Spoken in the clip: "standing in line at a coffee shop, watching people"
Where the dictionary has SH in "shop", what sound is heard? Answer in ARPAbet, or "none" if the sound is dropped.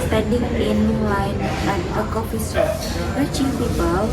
S